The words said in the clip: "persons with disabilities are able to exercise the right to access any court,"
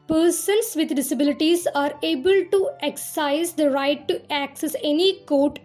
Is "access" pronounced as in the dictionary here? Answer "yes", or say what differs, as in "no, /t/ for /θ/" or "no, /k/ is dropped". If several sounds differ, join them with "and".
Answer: yes